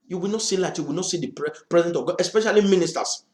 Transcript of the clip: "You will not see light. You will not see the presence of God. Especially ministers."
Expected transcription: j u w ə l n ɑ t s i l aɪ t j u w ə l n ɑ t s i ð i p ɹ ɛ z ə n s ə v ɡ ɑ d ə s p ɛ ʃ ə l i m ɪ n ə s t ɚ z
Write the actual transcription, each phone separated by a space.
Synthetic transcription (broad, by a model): j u w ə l n ɑ t s i l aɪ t j u w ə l n ɑ t s i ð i p ɹ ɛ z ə n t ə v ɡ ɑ ə s p ɛ ʃ ə l i m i n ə s t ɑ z